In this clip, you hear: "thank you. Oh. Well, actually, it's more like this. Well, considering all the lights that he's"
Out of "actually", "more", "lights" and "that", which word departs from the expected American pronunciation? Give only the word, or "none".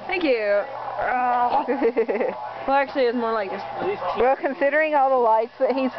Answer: none